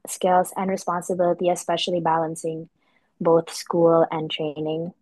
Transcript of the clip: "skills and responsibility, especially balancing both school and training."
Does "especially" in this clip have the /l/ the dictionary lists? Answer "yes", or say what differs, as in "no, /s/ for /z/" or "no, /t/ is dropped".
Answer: yes